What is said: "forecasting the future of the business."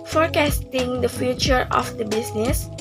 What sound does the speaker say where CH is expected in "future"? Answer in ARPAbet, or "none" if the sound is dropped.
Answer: CH